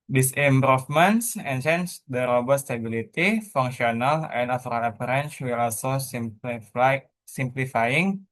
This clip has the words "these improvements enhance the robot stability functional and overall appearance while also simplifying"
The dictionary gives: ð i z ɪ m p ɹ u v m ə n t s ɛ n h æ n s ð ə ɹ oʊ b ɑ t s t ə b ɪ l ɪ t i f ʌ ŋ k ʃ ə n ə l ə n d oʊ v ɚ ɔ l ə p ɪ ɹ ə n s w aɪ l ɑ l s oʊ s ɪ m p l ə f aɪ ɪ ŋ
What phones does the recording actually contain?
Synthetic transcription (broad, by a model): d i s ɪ m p ɹ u f m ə n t s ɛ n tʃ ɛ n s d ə ɹ oʊ b ɑ t s t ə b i l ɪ t i f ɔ ŋ k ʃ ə n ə l ə n d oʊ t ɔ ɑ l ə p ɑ ɹ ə n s w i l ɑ l s oʊ s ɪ m p l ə f aɪ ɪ ŋ